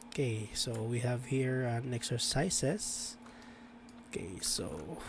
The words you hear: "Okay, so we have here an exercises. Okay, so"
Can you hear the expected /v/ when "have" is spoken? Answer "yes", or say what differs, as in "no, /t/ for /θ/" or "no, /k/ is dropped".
yes